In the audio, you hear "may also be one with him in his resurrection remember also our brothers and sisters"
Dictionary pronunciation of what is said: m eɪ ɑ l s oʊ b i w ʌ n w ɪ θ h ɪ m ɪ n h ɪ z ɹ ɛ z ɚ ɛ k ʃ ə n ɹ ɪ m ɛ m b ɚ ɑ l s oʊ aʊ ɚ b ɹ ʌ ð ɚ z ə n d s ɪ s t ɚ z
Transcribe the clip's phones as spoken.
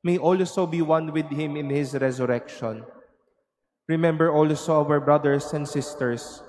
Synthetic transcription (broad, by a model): m eɪ ɑ l s oʊ b i w ʌ n w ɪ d h ɪ m ɪ n h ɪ s ɹ ɛ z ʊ ɛ k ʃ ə n ɹ ɪ m ɛ m b ɚ ɑ l s oʊ aʊ ɚ b ɹ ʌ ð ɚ s ə n d s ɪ s t ɚ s